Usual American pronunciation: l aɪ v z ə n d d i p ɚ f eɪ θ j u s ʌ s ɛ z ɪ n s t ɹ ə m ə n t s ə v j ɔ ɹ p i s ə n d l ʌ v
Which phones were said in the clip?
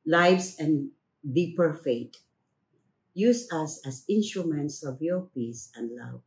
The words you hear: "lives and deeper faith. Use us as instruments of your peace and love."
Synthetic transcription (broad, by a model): l aɪ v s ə n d d i p ɚ f eɪ t j u s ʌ s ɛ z ɪ n s t ɹ ə m ə n t s ə v j ɔ ɹ p i s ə n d l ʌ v